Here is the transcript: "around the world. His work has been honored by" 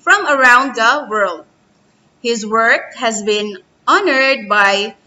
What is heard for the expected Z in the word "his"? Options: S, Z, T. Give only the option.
Z